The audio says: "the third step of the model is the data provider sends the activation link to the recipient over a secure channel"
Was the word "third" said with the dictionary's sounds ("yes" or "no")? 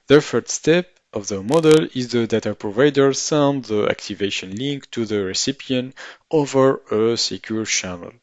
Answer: no